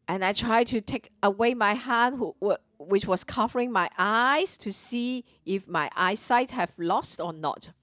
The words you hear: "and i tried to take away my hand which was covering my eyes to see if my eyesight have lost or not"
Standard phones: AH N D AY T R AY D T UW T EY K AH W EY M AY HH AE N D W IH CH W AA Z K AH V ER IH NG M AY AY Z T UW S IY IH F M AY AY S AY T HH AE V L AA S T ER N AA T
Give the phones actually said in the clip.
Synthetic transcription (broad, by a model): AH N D AY T R AY D T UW T EY K AH W EY M AY HH AE N D W IH CH W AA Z K AH V ER IH NG M AY AY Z T UW S IY IH F M AY AY S AY T HH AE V L AA S T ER N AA T